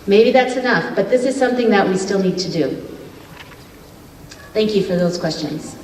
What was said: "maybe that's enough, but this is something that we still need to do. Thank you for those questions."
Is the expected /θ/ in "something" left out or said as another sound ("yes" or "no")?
no